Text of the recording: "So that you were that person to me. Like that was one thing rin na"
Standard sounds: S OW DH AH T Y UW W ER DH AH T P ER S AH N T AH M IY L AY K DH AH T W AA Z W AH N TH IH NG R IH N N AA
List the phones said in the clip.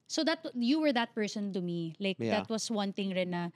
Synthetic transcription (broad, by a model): S OW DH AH T Y UW W ER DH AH T P ER S AH N T AH M IY L AY K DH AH T W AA S W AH N T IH NG R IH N N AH